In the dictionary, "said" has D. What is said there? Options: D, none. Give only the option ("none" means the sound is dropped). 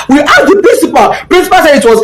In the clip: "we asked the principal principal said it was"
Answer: none